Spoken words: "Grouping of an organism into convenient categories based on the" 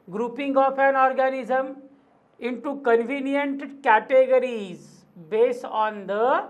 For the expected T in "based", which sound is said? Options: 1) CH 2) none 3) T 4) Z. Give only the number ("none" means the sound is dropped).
3